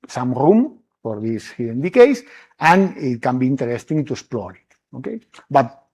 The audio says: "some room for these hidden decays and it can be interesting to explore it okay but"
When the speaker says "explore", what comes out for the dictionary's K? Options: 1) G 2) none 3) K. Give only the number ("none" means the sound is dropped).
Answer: 2